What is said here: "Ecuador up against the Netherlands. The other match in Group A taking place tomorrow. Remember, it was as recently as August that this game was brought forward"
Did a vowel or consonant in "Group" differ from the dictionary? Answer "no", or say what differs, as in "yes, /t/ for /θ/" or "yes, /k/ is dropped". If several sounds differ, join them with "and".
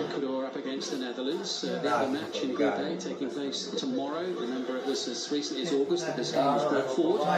yes, /p/ is dropped